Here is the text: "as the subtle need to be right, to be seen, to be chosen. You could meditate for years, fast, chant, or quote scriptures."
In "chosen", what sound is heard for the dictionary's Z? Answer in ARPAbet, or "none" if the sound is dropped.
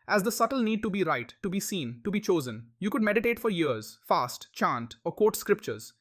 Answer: Z